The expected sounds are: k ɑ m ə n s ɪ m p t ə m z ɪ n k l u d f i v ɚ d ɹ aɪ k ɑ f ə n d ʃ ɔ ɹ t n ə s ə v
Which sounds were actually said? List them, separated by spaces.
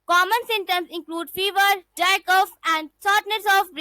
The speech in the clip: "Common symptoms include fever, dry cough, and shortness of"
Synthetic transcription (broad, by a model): k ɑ m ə n s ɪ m t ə m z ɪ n k l u d f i v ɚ d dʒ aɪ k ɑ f ə n d s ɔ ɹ t n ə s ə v